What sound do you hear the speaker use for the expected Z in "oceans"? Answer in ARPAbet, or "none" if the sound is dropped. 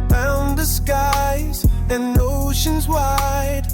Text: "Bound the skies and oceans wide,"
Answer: Z